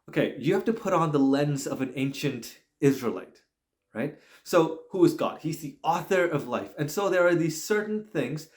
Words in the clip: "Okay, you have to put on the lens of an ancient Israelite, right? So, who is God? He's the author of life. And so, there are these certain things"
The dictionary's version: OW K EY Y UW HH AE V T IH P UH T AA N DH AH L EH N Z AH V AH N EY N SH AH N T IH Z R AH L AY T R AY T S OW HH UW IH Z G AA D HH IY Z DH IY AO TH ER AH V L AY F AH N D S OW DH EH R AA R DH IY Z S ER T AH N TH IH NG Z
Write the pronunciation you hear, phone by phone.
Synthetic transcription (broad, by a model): OW K EY Y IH HH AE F T IH P UH T N DH AH L EH N Z AH V AH N EY N SH AH N T IH Z R AH L AY T R AY T S OW HH UW IH Z G AA D HH IY Z DH IY AO TH ER AH V L AY F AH N S OW DH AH R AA R DH IY Z S ER T N TH IH NG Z